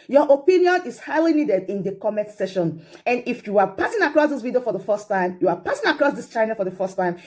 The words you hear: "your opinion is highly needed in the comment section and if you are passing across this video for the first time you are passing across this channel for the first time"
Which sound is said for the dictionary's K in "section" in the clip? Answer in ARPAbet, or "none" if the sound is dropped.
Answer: none